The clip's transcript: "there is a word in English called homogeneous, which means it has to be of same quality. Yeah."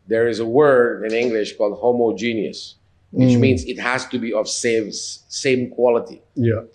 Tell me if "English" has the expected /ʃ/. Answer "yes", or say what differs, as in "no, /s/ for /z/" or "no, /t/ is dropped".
yes